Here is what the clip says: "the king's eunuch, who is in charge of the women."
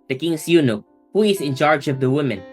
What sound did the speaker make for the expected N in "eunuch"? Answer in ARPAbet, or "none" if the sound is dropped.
N